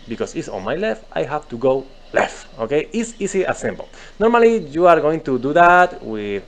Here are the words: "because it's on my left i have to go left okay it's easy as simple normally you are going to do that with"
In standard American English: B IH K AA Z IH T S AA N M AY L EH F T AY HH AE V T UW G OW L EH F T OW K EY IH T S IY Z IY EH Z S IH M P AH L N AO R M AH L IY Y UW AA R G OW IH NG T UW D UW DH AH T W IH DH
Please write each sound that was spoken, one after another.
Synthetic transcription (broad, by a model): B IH K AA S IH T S AA N M AY L EH F T AY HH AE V T UW G OW L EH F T OW K EY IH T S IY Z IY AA S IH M B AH L N AO R M AH L IY Y UW AA R G OW IH NG T UW D UW DH AH T W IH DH